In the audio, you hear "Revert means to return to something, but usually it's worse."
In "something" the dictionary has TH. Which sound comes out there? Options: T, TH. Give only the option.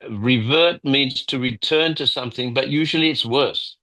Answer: TH